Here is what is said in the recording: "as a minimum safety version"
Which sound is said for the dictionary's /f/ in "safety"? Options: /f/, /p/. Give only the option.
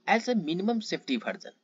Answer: /p/